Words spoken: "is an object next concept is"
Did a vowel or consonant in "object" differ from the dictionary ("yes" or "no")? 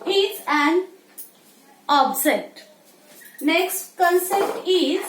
yes